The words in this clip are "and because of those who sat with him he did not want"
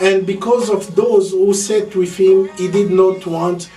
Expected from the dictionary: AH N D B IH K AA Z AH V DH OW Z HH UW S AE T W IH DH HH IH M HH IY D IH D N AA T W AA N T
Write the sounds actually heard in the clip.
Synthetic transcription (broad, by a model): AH N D B IH K AA Z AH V DH OW Z HH UW S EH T W IH DH HH IH M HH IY D IH D N AA T W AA N T